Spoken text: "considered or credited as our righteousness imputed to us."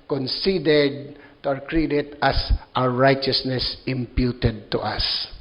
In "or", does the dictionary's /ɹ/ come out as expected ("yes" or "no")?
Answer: no